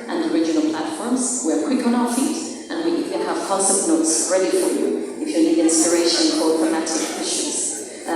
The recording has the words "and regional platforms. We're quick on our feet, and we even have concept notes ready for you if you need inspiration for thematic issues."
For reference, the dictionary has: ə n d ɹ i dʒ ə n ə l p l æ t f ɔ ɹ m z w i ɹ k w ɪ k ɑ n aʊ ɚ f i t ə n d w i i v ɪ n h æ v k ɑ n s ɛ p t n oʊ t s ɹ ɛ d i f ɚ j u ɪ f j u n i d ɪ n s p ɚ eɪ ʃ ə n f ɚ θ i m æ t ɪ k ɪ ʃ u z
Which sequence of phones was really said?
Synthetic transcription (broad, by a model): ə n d ɹ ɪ dʒ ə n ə l p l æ t f ɔ ɹ m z w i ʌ k w ɪ k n aʊ ɚ f i t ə n w i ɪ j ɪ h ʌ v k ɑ s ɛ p n oʊ t s ɹ ɛ d i f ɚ j u ɪ f j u l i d ɪ n s p ɚ eɪ ʃ ə n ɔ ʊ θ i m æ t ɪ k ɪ ʃ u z